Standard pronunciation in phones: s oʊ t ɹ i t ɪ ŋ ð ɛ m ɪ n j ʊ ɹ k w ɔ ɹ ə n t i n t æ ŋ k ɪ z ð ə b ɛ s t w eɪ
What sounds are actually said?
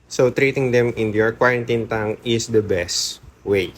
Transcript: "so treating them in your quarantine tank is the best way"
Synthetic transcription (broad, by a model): s oʊ t ɹ i t ɪ ŋ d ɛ m ɪ n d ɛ ɹ k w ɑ ɹ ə n t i n t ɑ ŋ ɪ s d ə b ɛ s t w eɪ